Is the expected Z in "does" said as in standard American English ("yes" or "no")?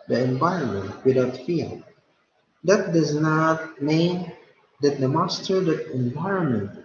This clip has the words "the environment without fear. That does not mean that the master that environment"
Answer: yes